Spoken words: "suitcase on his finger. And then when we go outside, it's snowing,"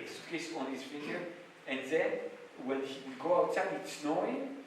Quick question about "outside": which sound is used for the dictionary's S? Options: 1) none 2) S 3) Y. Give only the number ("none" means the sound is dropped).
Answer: 1